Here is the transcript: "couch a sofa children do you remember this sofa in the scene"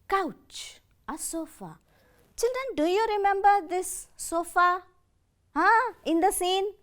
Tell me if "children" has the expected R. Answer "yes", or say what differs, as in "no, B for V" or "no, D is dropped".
no, R is dropped